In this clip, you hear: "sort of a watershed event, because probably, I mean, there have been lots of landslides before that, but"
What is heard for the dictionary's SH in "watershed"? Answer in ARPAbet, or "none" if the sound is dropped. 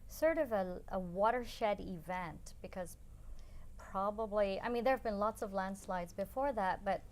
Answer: SH